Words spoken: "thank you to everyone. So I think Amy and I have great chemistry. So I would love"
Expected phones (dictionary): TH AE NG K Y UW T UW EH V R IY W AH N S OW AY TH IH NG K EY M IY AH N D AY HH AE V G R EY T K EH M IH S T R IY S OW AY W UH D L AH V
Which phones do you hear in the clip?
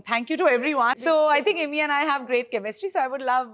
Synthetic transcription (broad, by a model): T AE NG K Y UW T UW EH V R IY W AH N S OW AY T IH NG K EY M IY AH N AY HH AE V G R EY T K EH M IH S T IY S OW AY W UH D L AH V